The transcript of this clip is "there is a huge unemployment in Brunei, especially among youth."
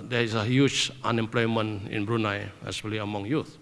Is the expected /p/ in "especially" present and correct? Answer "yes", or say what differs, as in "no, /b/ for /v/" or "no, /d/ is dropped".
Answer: no, /p/ is dropped